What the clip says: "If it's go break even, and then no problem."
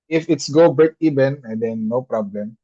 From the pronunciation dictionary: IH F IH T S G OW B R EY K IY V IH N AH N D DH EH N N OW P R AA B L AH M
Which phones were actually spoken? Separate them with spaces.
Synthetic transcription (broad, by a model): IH F IH T S G OW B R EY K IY B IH N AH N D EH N N OW P R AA B L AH M